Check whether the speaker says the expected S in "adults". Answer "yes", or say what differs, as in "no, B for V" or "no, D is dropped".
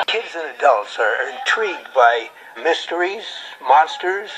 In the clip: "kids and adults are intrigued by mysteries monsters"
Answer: yes